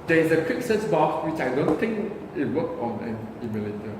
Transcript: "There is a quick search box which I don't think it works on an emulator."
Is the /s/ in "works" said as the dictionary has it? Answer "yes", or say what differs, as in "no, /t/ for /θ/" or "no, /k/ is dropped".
no, /s/ is dropped